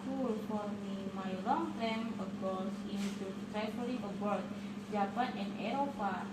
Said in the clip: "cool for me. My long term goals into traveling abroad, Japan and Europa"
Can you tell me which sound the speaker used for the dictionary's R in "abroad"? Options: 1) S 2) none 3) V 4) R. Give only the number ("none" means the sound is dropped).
2